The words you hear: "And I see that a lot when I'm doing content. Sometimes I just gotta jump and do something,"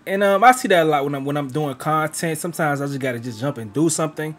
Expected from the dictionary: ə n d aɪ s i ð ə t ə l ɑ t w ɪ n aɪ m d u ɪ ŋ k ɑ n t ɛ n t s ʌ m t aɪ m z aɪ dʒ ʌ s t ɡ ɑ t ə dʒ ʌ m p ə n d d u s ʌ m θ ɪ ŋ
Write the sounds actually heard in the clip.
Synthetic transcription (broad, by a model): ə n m aɪ s i ð ə t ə l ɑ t w ɪ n aɪ m d u ɪ ŋ k ɑ n t ɛ n t s ʌ m t aɪ m z aɪ dʒ ʌ s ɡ ɑ t ə dʒ ʌ m p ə n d d u s ʌ m θ ɪ ŋ